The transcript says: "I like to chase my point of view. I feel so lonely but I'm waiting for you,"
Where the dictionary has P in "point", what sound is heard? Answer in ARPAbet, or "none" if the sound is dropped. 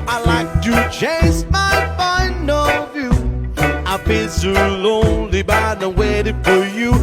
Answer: F